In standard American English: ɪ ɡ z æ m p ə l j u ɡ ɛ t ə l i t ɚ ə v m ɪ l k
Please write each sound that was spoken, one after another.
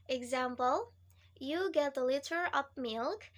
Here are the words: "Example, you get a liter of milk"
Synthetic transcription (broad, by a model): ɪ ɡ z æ m p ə l j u ɡ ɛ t ə l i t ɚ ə p m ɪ l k